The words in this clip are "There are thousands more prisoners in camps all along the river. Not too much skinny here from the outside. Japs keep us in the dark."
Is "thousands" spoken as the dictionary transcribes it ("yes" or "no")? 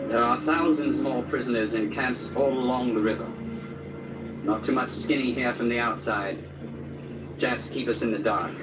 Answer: yes